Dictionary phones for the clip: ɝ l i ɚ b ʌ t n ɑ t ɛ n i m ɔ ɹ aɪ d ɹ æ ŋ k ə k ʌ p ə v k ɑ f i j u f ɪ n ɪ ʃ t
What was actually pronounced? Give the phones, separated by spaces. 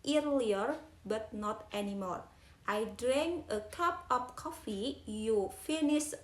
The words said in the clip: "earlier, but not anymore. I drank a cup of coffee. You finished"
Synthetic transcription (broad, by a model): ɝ l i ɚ b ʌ t n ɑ t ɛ n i m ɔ ɹ aɪ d ɹ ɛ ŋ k ə k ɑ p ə p k ɑ f i j u f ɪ n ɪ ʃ